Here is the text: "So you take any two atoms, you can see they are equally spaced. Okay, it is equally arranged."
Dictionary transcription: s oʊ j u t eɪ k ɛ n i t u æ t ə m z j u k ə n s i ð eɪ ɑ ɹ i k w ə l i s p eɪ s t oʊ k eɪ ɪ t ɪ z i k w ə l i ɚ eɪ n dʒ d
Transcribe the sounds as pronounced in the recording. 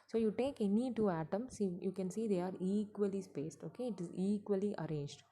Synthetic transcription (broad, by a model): s oʊ j u t eɪ k ɛ n i t u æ t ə m s j u k ə n s i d eɪ ɑ ɹ i k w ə l i s p eɪ s t oʊ k eɪ ɪ t ɪ z i k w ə l i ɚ eɪ n dʒ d